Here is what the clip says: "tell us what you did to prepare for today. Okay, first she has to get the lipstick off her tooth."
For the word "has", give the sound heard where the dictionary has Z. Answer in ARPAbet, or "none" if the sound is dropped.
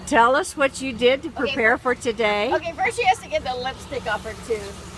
S